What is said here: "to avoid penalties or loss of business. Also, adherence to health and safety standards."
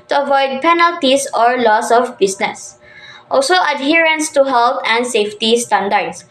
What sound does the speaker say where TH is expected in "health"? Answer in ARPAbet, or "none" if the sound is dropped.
T